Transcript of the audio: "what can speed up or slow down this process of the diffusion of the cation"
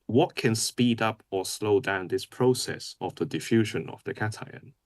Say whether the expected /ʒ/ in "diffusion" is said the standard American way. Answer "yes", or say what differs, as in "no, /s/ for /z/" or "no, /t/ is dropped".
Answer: yes